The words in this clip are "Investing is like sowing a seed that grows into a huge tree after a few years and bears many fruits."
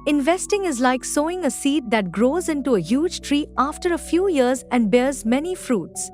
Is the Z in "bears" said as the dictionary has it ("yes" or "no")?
yes